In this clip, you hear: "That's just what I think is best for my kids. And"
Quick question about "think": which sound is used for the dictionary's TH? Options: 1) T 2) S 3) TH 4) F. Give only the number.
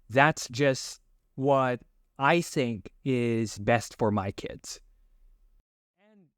3